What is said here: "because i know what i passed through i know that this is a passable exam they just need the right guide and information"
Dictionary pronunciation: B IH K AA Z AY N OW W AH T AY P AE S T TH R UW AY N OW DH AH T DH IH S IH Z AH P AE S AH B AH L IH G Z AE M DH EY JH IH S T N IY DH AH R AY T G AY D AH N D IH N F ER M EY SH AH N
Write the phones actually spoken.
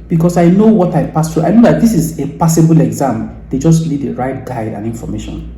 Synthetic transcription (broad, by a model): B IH K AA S AY N OW W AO T AY P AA S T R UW AY N OW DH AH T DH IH S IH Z AH P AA S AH B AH L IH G Z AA M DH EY JH IH S T L IY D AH R AY T G AY D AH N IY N F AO M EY SH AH N